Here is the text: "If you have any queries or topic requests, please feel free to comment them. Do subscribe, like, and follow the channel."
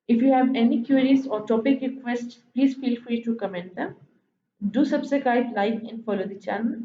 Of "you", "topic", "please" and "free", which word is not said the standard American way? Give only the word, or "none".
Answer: none